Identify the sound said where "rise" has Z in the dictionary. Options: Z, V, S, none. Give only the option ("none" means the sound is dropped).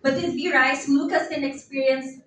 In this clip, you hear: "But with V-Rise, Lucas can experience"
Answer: S